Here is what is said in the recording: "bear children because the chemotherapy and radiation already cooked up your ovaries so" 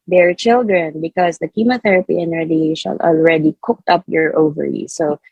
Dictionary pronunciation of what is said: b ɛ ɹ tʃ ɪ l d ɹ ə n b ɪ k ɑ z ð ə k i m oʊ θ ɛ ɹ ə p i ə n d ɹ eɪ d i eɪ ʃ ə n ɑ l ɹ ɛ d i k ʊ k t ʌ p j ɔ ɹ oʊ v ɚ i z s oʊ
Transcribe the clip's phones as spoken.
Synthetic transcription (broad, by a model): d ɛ ɹ tʃ ɪ l d ɹ ə n b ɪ k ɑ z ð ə k i m oʊ θ ɛ ɹ ə p i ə n ɹ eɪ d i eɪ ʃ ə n ɑ l ɹ ɛ d i k ʊ k t ʌ p j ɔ ɹ oʊ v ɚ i s oʊ